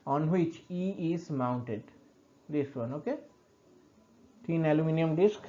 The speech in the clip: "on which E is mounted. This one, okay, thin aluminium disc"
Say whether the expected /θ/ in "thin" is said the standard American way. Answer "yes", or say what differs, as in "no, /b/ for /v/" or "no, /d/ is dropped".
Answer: no, /t/ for /θ/